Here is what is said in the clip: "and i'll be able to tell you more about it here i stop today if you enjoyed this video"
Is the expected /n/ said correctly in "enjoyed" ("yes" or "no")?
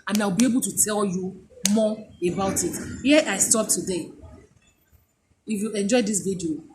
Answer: yes